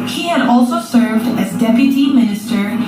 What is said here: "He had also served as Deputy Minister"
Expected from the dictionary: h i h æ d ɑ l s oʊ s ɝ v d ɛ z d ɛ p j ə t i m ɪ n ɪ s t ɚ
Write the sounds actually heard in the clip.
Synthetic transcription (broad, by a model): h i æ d ɑ l s oʊ s ɝ v d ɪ z d ɛ p j ə t i m ɪ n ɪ s t ɚ